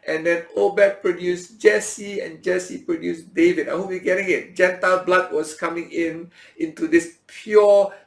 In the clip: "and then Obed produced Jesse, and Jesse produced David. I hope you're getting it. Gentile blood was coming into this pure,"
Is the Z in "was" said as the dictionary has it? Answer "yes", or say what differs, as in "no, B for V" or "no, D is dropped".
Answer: no, S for Z